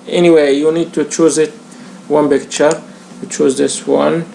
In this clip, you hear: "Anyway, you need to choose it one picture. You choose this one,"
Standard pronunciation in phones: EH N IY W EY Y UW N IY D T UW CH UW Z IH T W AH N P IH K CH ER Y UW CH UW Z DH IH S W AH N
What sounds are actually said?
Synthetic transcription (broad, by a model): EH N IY W EY Y UW N IY D T UW CH UW Z IH T W AH N B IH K CH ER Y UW CH UW Z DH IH S W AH N